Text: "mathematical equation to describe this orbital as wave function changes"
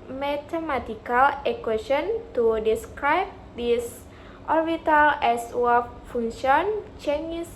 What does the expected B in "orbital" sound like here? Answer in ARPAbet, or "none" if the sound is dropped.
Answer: none